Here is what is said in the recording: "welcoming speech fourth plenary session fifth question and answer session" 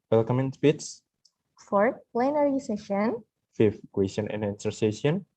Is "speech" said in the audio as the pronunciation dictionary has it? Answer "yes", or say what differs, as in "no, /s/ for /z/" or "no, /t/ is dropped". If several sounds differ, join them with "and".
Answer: no, /s/ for /tʃ/